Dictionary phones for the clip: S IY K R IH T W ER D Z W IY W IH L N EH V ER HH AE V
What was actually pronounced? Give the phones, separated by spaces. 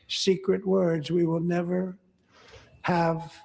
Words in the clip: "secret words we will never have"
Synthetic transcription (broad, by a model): S IY K R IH T W ER D Z W IY W IH L N EH V ER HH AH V